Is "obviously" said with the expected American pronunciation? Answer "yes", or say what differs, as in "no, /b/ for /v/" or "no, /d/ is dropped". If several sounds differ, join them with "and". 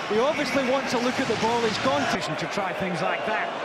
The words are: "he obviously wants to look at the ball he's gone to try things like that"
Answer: yes